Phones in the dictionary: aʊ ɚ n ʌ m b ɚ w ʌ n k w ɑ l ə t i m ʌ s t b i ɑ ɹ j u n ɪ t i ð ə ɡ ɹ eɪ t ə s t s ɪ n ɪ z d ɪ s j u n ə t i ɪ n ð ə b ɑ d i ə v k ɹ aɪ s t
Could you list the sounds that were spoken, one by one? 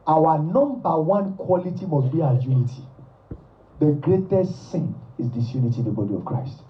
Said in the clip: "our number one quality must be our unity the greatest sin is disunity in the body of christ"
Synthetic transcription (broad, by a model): aʊ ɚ n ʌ m b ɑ w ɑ n k w ɑ l ə t i m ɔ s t b i ɑ j u n ɪ t i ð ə ɡ ɹ eɪ t ə s t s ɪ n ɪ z d ɪ s j u n ə t i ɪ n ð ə b ɑ d i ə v k ɹ aɪ s t